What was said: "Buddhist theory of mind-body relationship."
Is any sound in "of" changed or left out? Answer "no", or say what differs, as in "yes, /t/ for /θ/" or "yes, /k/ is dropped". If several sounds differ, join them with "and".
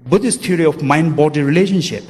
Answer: yes, /f/ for /v/